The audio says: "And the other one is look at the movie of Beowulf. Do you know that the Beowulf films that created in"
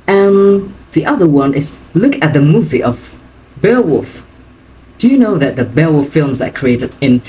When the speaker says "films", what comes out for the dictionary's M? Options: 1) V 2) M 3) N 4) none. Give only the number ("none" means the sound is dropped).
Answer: 2